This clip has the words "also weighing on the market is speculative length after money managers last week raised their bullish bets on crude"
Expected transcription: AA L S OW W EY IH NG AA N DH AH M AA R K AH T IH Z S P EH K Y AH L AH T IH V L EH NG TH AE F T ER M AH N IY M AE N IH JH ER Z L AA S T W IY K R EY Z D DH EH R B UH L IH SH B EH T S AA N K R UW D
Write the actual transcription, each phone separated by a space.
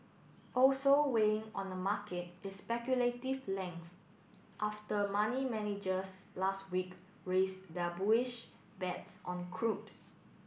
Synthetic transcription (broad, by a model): AA L S OW W EY IH NG AA N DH AH M AA K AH T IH S P EH K Y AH L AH T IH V L EH NG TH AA F T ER M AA N IY M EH N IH JH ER S L AA S T W IY K R EY S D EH B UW IH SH B EH T S AA N K R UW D